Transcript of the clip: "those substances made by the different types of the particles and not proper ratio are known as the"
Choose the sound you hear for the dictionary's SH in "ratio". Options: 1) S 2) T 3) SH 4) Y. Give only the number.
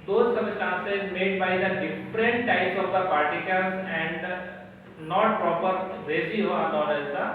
1